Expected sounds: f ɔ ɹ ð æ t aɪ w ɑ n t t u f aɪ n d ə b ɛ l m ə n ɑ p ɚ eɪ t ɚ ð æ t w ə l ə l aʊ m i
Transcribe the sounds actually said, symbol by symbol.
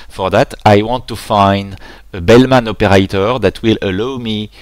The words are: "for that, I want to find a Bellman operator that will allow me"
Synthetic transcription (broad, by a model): f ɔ ɹ ð æ t aɪ w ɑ n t t u f aɪ n d ə b ɛ l m ə n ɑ p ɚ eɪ t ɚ ð æ t w ə l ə l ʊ m i